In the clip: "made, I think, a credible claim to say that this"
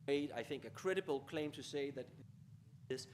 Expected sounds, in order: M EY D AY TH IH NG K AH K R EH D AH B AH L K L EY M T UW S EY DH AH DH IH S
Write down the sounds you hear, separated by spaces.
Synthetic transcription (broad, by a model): EY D AY TH IH NG K AH K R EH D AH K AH L K L EY M T UW S EY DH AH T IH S